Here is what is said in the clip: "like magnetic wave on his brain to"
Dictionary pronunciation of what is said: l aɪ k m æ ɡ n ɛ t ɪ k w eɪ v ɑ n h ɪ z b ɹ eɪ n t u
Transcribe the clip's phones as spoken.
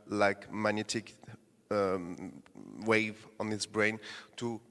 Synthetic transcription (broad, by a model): l aɪ k m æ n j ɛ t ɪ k w eɪ v ɑ n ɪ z b ɹ eɪ n t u